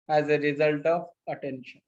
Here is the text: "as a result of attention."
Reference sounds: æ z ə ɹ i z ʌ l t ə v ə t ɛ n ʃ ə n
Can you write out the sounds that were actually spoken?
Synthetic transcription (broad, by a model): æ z ə ɹ i z ʌ l t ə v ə t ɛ n ʃ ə n